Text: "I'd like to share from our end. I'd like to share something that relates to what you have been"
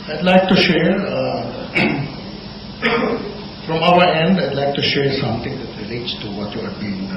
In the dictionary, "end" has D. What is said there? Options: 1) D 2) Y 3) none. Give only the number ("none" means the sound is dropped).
1